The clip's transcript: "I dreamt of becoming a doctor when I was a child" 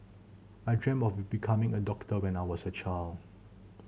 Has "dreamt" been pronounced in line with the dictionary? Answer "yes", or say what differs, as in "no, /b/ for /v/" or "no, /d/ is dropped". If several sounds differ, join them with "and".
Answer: no, /t/ is dropped